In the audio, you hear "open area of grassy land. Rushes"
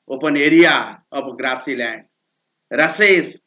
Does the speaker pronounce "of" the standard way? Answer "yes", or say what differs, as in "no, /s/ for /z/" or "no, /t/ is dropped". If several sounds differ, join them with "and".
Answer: no, /p/ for /v/